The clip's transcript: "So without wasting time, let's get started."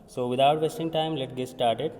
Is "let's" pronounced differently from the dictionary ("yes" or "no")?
yes